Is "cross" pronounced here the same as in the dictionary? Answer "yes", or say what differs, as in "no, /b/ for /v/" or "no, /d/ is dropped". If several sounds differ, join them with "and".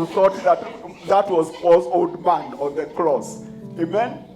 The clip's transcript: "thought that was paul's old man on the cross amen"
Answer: no, /l/ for /ɹ/